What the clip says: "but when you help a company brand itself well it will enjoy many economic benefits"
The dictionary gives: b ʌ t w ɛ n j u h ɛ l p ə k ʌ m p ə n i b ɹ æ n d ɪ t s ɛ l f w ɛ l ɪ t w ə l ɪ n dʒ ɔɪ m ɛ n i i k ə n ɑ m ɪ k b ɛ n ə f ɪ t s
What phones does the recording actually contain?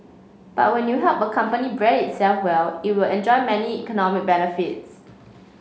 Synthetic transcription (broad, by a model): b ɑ t w ɛ n j u h ɛ l p ə k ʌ m p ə n i b ɹ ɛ d ɪ t s ɛ l f w ɛ l ɪ t w ə l ɪ n dʒ ɔɪ m ɛ n i i k ə n ɑ m ɪ k b ɛ n ə f ɪ t s